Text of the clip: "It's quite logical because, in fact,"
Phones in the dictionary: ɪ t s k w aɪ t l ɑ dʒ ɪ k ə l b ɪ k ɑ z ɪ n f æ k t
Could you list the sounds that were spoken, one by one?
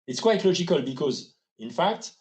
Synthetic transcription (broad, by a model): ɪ t s k w aɪ t l ɑ dʒ ɪ k ə l b ɪ k ɑ z ɪ n f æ k t